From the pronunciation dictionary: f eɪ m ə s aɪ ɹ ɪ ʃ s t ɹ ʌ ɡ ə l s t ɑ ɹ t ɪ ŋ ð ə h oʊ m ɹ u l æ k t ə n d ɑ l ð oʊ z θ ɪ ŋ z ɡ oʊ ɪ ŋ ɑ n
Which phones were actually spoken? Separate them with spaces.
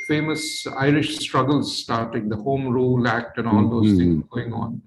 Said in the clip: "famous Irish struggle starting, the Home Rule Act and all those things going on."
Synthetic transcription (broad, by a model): f eɪ m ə s aɪ ɹ ɪ ʃ s t ɹ ʌ ɡ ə l s t ɑ ɹ t ɪ ŋ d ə h oʊ m ɹ u l æ k t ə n ɑ l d oʊ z t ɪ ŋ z ɡ oʊ ɪ ŋ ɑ n